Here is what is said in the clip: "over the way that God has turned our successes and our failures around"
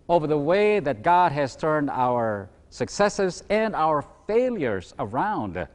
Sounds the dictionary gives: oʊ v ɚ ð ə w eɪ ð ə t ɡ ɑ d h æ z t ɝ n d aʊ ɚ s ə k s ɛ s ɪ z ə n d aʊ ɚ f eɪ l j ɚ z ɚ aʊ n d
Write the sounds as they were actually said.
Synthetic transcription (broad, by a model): oʊ v ɚ ð ə w eɪ ð ə t ɡ ɑ d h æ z t ɝ n d aʊ ɚ s ə k s ɛ s ɪ z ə n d aʊ ɚ f eɪ l j ɚ z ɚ aʊ n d